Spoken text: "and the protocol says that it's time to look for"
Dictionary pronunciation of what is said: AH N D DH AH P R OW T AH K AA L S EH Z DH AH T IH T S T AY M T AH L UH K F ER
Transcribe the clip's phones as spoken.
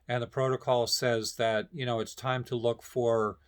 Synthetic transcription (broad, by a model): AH N DH AH P R OW T AH K AA L S EH Z DH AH T IH T S T AY M T AH L UH K F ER